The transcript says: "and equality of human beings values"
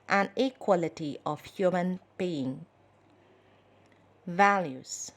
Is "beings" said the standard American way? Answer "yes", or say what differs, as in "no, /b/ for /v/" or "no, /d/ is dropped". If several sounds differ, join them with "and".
no, /z/ is dropped